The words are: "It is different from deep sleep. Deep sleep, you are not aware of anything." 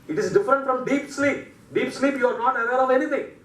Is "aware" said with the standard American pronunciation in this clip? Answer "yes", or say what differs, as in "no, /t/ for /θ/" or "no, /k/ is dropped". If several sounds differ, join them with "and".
no, /l/ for /ɹ/